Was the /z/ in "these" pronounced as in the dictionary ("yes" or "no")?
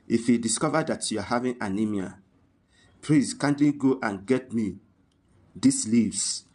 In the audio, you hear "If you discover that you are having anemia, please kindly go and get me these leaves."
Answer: no